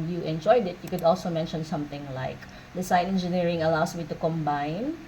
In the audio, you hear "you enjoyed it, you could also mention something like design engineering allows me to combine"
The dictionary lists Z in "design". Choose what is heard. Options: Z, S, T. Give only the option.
S